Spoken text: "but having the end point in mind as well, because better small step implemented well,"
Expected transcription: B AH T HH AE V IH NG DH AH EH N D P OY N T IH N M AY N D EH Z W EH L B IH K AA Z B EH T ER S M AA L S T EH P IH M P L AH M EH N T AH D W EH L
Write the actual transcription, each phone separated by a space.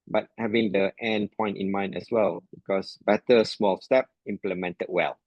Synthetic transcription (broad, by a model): B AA T HH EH V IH NG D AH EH N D P OY N T IH N M AY N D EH S W EH L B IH K AA S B EH T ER S M AA L S T EH P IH M P L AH M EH N T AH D W EH L